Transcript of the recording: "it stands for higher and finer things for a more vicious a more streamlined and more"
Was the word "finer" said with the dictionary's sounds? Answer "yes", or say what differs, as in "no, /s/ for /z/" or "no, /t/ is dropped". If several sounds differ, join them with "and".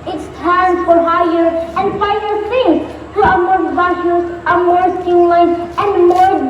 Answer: no, /n/ is dropped